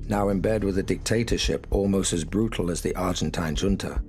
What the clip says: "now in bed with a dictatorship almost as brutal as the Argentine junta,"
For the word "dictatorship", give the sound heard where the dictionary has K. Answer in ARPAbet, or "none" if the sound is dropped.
K